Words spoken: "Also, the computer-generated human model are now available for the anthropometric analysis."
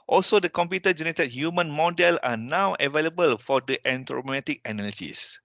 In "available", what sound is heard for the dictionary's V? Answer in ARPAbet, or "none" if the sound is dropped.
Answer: V